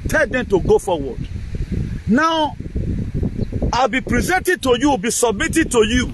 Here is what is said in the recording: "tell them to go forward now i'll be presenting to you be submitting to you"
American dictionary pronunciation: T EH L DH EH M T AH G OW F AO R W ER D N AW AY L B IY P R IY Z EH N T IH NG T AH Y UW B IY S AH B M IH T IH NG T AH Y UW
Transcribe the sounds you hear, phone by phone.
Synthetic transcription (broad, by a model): T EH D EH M T AH G OW F AO W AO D N AW AY L B IY P R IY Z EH N T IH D T AH Y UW B IY S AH B M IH T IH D T AH Y UW